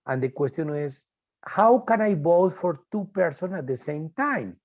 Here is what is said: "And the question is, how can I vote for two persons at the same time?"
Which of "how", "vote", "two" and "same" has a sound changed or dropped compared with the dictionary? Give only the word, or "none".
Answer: vote